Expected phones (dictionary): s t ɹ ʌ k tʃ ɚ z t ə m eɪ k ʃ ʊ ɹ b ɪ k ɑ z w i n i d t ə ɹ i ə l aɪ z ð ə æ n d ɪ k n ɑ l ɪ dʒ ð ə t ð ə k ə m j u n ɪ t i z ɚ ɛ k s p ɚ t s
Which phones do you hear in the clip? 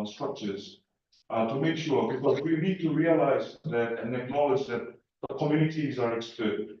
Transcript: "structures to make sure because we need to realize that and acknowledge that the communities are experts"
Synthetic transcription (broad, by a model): s t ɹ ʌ k tʃ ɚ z t ə m eɪ k ʃ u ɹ b ɪ k ɑ z w i n i d t ə ɹ i ə l aɪ z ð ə n ɪ k n ɑ l ɪ dʒ ð ə t ð ə k ə m j u n ɪ t i z ɚ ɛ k s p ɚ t